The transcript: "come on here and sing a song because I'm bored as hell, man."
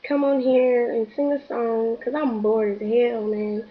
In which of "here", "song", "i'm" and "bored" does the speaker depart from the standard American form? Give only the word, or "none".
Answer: none